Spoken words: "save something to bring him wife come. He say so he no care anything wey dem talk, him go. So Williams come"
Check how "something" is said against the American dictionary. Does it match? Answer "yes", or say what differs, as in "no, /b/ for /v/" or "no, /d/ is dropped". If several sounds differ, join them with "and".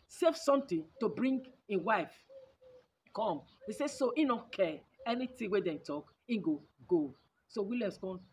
no, /t/ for /θ/